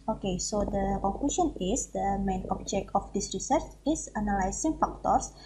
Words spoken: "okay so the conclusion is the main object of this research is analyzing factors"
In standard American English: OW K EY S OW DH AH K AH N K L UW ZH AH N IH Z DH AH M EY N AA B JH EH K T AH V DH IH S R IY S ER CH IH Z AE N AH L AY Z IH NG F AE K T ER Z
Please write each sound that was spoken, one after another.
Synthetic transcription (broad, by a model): OW K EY S OW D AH K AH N K L UW SH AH N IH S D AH M EY N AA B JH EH K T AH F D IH S R IY S ER CH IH S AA N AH L AY S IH NG F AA K T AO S